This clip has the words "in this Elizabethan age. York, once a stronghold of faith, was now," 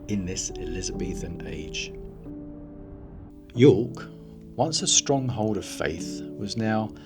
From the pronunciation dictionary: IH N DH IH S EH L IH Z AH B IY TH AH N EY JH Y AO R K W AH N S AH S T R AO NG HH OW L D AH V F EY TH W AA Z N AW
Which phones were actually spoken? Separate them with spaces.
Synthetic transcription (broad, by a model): IH N DH IH S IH L IH Z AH B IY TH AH N EY JH Y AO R K W AH N S AH S T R AO NG HH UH L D AH V F EY TH W AA Z N AW